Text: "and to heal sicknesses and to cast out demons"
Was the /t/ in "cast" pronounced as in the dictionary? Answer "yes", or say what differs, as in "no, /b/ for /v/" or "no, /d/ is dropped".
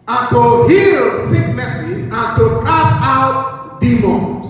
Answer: no, /t/ is dropped